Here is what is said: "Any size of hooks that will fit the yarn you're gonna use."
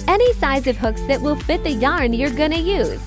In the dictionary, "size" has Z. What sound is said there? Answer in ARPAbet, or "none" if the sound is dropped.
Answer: Z